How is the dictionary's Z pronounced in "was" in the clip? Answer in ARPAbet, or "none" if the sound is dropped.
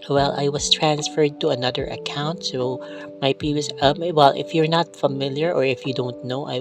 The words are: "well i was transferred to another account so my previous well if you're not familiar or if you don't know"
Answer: S